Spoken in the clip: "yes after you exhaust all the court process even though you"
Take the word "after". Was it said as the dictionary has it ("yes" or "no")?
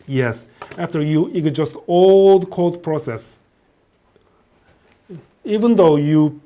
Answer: yes